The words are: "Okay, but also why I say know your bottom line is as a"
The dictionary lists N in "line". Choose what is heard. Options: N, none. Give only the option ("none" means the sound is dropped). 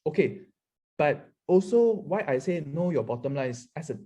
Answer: none